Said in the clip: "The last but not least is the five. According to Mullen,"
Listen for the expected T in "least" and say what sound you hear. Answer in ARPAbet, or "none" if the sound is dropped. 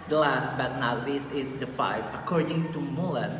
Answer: none